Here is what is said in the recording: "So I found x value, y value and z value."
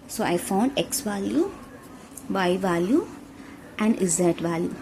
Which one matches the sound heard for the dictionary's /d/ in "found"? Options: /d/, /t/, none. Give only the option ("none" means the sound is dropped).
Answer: /d/